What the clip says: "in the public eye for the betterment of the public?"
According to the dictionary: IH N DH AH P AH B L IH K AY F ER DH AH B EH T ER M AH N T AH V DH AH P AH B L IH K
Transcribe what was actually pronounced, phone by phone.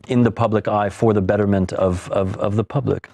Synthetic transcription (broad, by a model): IH N DH AH P AH B L IH K AY F ER DH AH B EH T ER M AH N T AH V DH AH P AH B L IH K